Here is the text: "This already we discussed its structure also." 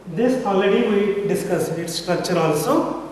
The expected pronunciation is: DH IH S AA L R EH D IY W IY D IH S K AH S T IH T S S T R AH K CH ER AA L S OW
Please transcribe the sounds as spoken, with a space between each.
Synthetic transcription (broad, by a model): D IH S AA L EH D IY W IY D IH S K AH S IH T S S T R AH K CH ER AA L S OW